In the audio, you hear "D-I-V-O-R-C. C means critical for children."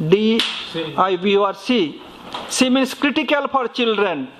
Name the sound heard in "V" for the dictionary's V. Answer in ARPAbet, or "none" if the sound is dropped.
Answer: B